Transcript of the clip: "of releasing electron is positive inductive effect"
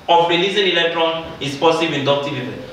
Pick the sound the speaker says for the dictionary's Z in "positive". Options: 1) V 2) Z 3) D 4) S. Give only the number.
4